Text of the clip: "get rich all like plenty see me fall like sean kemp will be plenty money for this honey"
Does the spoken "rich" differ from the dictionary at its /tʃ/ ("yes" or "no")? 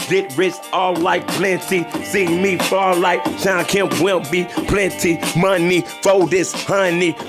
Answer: yes